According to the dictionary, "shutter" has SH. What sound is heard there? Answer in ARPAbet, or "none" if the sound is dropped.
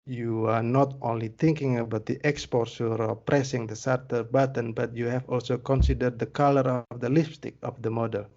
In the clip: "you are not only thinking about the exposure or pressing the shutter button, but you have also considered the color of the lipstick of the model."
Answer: S